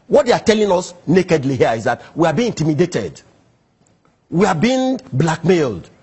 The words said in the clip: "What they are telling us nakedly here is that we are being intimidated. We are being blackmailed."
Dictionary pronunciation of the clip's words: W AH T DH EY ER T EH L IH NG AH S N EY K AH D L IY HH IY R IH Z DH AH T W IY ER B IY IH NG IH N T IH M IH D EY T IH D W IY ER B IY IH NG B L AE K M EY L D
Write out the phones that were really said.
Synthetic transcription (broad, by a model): W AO T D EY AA T EH L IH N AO S N EY K AH D L IY HH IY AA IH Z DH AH T W IY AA B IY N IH N T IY M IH D EY T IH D W IY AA B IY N B L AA K M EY L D